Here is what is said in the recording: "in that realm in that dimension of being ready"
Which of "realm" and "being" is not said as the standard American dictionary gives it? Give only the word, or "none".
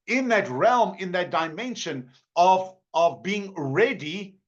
none